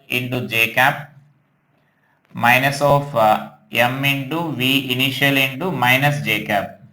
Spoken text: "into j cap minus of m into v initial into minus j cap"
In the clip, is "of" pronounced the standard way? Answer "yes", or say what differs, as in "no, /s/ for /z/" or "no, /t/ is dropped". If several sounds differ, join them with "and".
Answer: no, /p/ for /v/